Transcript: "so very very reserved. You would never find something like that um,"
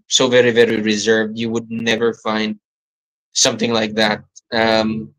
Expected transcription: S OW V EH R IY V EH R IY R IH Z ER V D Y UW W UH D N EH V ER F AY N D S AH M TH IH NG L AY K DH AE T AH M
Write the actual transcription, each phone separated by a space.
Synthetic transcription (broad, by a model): S OW V EH R IY V EH R IY R IH Z ER V D Y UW W UH D N EH V ER F AY N D S AH M TH IH NG L AY K DH AE T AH M